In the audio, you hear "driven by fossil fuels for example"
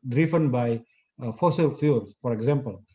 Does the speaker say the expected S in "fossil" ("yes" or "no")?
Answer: yes